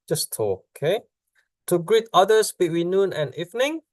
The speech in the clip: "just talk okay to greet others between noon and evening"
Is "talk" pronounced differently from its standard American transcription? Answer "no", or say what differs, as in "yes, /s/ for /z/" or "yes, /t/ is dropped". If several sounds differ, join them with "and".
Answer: yes, /k/ is dropped